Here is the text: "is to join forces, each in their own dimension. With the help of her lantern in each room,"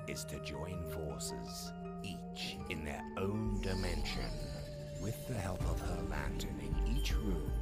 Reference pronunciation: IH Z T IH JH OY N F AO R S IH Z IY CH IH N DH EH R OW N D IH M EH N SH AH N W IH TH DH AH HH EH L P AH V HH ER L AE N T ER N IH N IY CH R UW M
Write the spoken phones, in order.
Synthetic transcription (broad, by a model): IH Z T IH JH OY N F AO R S IH Z IY CH IH N DH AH R OW N D IH M EH N SH AH N W IH DH AH HH EH L P AH V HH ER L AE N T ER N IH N IY CH R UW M